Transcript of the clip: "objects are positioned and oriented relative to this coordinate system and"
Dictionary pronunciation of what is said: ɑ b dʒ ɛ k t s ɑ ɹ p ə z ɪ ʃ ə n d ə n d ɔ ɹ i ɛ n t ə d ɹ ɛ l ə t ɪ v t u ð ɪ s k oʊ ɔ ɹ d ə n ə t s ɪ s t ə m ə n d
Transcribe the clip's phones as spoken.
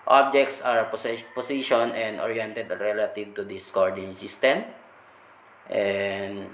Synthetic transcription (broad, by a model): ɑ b dʒ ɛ k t s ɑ ɹ p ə s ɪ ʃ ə n ə n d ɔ ɹ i ɛ n t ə d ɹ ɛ l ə t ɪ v t u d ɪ s k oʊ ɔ ɹ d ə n s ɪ s t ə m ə n d